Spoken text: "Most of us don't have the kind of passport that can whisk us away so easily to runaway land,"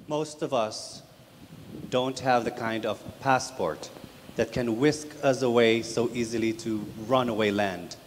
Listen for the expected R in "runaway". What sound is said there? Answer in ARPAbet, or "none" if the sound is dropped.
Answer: R